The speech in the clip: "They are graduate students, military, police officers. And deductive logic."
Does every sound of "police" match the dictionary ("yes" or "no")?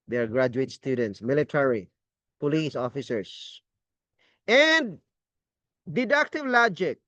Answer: yes